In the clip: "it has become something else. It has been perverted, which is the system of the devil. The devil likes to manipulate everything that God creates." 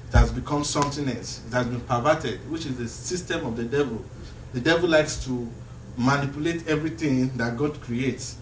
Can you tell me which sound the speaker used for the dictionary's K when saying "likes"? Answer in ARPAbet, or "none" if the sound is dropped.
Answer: K